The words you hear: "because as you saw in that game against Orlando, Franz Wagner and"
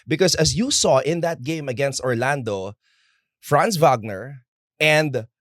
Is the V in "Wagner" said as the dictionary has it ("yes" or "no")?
yes